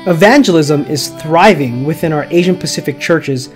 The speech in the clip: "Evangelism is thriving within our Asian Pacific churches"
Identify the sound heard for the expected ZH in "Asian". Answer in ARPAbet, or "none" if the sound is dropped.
ZH